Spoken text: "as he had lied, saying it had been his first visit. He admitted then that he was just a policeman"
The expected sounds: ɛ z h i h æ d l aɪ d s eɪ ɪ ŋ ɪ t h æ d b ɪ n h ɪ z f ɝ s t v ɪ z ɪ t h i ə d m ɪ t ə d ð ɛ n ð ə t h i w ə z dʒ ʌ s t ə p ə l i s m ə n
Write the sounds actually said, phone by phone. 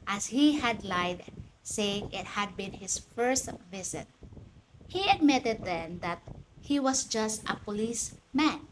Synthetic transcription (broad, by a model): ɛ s h i h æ d l aɪ d s eɪ ɪ ŋ ɪ t h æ d b ɪ n h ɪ s f ɝ s t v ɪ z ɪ t h i ə d m ɪ t ə d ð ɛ n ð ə t h i w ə s dʒ ʌ s t ə p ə l i s m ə n